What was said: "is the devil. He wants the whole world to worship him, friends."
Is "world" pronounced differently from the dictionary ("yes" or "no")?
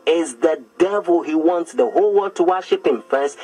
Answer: yes